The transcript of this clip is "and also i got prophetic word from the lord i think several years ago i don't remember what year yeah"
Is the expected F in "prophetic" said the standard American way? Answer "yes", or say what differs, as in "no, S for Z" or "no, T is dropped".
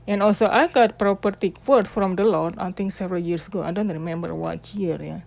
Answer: no, P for F